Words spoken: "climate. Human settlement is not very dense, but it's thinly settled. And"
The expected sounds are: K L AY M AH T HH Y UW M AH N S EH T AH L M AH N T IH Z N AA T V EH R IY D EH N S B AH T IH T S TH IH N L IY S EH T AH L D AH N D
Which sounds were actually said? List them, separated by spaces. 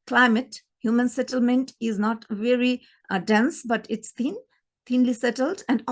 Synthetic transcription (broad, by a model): K L AY M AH T HH Y UW M AH N S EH T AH L M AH N T IH Z N AA T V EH R IY D EH N S B AH T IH T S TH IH N L IY S EH T AH L D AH N D